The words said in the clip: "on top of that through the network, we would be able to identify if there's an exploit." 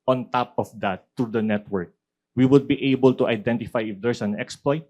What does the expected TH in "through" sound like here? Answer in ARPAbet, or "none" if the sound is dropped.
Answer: T